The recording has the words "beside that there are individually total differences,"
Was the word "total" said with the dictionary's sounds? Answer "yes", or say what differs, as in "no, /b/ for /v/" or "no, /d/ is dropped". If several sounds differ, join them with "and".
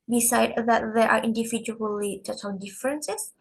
no, /n/ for /l/